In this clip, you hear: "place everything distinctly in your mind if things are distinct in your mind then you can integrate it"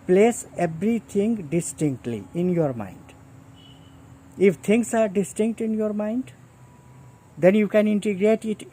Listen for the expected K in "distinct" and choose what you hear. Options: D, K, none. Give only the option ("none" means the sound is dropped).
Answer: K